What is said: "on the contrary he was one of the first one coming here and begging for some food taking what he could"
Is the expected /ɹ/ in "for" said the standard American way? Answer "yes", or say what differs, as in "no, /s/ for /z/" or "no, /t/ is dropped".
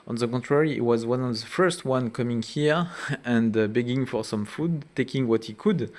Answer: yes